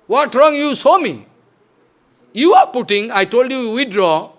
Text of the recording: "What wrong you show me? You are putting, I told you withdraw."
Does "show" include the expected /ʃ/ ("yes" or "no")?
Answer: no